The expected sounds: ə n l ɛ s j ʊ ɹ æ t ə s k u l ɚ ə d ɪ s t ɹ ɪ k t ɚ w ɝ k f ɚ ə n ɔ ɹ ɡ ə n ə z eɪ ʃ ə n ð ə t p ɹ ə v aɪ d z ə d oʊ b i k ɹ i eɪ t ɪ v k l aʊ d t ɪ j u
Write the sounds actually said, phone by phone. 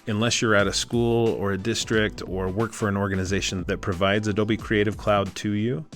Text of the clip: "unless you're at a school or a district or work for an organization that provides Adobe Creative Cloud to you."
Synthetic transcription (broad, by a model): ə n l ɛ s j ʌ ɹ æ t ə s k u l ɚ ə d ɪ s t ɹ ɪ k t ɚ w ɝ k f ɚ ə n ɔ ɹ ɡ ə n ə z eɪ ʃ ə n ð ə t p ɹ ə v aɪ d z ə d oʊ b i k ɹ i eɪ t ɪ v k l aʊ d t ɪ j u